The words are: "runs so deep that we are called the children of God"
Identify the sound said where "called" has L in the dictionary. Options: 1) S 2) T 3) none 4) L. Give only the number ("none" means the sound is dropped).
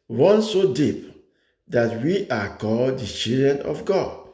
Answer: 4